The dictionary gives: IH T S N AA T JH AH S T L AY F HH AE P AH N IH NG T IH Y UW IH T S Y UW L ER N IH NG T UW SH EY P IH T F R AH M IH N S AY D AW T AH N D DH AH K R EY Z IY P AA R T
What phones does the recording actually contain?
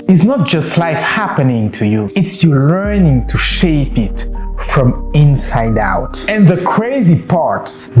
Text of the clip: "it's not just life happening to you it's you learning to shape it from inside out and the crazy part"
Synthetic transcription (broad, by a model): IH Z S N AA T JH AH S T L AY F HH AE P AH N IH NG T IH Y UW IH T S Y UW L ER N IH NG T UW SH EY P IH T F R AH M IH N S AY D AW T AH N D DH AH K R EY Z IY P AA R T